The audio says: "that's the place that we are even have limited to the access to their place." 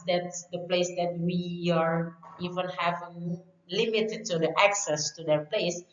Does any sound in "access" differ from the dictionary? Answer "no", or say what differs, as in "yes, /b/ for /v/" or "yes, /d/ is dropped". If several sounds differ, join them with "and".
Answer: no